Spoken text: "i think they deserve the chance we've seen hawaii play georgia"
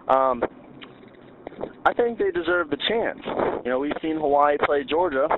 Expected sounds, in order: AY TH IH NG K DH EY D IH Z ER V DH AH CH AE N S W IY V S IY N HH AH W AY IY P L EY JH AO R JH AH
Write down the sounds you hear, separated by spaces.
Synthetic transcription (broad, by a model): AY TH IH NG K DH EY D IH Z ER V DH AH CH AE N S W IY V S IY N HH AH W AY P L EY JH AO R JH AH